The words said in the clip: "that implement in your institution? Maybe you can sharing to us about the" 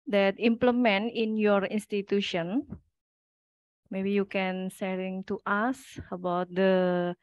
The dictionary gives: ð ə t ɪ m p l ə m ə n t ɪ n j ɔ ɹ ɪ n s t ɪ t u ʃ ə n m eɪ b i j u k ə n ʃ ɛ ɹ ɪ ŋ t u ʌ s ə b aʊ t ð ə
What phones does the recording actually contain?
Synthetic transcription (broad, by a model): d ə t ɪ m p l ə m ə n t ɪ n j ɔ ɹ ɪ n s t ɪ t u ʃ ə n m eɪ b i j u k ə n s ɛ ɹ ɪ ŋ t u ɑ s ə b aʊ t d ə